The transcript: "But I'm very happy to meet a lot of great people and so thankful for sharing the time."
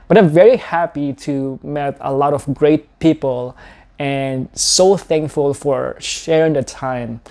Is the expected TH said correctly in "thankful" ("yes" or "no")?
yes